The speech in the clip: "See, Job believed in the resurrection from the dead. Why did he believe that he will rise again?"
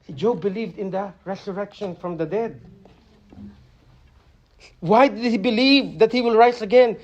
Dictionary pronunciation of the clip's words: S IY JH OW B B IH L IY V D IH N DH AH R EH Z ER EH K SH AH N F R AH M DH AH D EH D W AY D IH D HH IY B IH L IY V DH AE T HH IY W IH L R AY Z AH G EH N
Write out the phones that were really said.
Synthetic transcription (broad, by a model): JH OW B B IH L IY V D IH N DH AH R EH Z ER EH K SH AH N F R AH M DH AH D EH D W AY D IH D HH IY B IH L IY V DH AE T HH IY W IH L R AY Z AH G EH N